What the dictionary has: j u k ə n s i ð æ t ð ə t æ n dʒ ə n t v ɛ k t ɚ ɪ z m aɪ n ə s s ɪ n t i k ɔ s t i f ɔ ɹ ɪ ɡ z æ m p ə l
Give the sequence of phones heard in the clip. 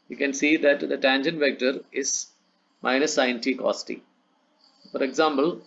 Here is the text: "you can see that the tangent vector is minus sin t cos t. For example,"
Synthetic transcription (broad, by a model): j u k ə n s i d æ t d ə t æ n dʒ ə n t v ɛ k t ɚ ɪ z m aɪ n ə s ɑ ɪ n t i k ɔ s t i f ɔ ɹ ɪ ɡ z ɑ m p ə l